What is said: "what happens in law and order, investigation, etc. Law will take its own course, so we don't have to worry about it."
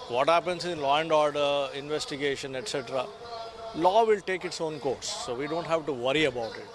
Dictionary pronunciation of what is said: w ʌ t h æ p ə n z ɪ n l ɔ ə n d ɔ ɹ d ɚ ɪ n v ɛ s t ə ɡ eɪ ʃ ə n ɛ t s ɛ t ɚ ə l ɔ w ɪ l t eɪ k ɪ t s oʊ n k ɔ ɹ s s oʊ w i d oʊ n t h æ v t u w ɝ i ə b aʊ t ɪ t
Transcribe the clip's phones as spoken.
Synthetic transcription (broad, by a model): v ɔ t h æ p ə n s ɪ n l ɔ ə n d ɔ ɹ d ɚ ɪ n v ɛ s t ə ɡ eɪ ʃ ə n ɛ t s ɛ t ɚ ə l ɔ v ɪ l t eɪ k ɪ t s oʊ n k ɔ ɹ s s oʊ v i d oʊ n t h æ v t u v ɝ i ə b aʊ t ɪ t